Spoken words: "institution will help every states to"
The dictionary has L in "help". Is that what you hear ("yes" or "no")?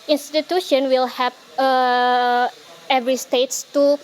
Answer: no